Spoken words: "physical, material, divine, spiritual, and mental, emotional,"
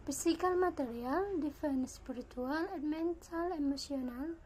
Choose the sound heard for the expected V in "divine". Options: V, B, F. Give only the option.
F